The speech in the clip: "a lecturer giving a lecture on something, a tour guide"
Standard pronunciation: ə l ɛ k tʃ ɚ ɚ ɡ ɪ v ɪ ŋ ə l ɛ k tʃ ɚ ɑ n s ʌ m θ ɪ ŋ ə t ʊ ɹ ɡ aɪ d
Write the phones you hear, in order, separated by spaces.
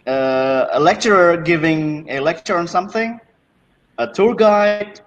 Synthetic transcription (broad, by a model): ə l ɛ k tʃ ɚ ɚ ɡ ɪ v ɪ ŋ ə l ɛ k tʃ ɚ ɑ n s ʌ m θ ɪ ŋ ə t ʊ ɹ ɡ aɪ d